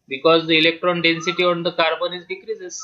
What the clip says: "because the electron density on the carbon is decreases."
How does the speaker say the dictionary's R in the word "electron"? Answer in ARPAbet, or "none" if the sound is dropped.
R